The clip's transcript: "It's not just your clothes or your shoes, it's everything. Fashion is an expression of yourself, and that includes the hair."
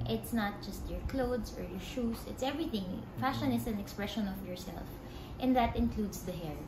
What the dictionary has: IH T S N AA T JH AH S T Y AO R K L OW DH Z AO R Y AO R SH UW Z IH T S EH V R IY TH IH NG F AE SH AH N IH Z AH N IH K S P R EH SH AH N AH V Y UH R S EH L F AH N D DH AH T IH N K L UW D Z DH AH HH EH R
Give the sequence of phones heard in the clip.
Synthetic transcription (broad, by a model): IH T S N AA T JH AH S T Y AO R K L OW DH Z AO R Y AO R SH UW S IH T S EH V R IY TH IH NG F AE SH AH N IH S AH N IH K S P R EH SH AH N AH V Y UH R S EH L F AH N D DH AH T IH N K L UW D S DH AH HH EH R